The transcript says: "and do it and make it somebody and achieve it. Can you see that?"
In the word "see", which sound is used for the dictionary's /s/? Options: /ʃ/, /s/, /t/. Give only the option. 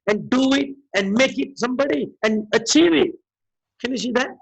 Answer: /ʃ/